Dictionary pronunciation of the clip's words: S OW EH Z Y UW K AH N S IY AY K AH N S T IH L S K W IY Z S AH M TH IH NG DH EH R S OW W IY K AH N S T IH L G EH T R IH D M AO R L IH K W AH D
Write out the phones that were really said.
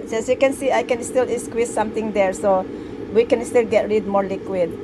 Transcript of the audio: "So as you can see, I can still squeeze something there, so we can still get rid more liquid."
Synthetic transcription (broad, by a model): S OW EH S Y UW K AH N S IY AY K AH N S T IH L S K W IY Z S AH M T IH NG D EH R S OW W IY K AH N S T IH L G EH T R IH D M AO R L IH K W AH D